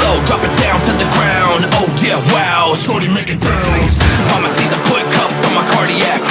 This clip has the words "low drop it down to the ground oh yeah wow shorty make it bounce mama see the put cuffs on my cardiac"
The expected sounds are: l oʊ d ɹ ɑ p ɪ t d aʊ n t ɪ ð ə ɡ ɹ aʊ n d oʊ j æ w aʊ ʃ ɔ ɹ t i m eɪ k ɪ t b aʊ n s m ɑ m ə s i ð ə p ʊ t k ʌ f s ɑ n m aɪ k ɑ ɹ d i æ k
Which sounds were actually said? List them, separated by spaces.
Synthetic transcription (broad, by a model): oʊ d ɹ ɑ p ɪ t d aʊ n t ɪ ð ə ɡ ɹ aʊ n d oʊ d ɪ w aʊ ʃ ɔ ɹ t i m eɪ k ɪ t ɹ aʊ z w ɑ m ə s i ð ə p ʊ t k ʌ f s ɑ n m aɪ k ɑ ɹ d i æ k